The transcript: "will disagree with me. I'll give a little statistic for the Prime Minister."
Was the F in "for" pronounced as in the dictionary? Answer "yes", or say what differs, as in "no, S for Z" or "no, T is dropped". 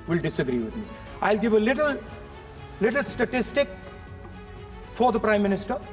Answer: yes